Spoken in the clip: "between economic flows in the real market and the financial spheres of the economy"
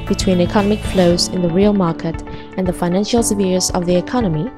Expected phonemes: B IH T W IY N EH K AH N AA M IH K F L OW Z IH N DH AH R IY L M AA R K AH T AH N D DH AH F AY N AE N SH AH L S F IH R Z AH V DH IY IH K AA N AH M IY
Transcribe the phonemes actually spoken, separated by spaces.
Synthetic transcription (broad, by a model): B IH T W IY N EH K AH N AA M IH K F L OW Z IH N DH AH R IY L M AA R K AH T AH N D DH AH F AY N AE N SH AH L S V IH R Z AH V DH IY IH K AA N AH M IY